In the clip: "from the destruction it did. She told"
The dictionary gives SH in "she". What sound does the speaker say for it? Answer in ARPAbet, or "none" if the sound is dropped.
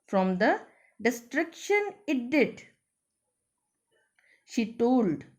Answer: SH